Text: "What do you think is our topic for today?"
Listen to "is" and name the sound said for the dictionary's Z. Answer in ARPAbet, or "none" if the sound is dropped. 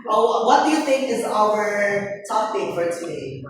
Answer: Z